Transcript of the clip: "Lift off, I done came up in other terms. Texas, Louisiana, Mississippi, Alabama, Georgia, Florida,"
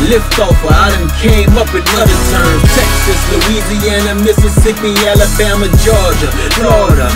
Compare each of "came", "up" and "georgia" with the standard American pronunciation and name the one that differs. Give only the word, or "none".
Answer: none